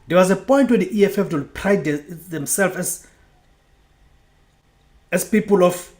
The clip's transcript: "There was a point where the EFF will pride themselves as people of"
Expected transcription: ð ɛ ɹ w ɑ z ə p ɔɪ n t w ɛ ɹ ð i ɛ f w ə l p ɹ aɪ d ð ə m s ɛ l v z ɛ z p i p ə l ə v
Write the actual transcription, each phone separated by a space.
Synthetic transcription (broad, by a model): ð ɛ w ɑ z ə p ɔɪ n t w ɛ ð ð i ɛ f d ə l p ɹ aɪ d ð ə m s ɛ l f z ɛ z p i p ə l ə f